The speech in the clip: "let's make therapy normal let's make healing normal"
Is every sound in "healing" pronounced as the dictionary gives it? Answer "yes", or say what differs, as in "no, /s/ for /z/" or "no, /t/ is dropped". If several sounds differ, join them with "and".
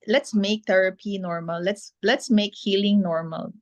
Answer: yes